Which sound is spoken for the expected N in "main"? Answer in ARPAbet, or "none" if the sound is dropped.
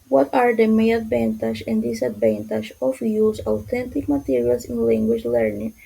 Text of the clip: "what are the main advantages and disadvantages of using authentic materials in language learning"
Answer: none